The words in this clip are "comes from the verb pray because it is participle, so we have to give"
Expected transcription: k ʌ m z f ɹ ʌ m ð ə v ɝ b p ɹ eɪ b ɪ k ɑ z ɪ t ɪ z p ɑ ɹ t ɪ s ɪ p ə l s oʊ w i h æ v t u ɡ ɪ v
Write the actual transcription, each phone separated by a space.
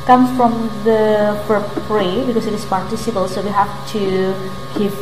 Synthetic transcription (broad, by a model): k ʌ m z f ɹ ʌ m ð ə p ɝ p ɹ eɪ b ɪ k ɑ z ɪ t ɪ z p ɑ ɹ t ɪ s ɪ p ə l s oʊ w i h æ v t u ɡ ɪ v